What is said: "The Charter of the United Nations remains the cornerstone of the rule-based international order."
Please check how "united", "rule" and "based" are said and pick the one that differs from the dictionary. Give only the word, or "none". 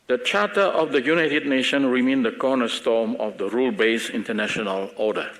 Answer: based